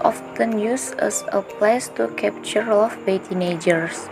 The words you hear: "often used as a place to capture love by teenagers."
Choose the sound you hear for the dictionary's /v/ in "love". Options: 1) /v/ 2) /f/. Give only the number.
2